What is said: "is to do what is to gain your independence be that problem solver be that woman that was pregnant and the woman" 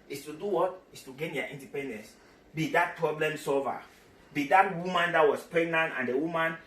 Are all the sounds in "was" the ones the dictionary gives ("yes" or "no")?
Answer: no